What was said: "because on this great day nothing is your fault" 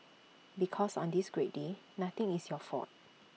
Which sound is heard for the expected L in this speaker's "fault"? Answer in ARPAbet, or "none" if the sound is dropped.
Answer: none